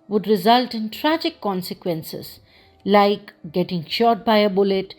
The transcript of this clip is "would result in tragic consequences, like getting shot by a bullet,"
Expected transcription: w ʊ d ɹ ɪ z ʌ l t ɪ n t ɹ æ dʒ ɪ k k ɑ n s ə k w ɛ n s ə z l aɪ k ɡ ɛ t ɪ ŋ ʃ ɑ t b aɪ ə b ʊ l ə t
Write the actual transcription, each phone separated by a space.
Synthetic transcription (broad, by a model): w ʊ d ɹ ɪ z ʌ l t ɪ n t ɹ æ dʒ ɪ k k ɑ n s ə k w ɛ n s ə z l aɪ k ɡ ɛ t ɪ ŋ ʃ ɑ t b aɪ ə b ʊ l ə t